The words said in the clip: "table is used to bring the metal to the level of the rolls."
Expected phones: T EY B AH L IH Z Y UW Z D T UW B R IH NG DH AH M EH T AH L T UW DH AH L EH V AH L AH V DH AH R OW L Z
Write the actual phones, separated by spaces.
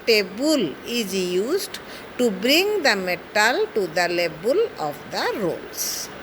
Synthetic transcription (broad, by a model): T EY B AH L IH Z Y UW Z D T UW B R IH NG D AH M EH T AH L T UW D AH L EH B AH L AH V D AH R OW L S